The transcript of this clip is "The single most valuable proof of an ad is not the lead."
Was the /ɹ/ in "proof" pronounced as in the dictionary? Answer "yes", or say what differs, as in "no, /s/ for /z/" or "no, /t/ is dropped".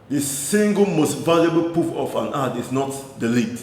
no, /ɹ/ is dropped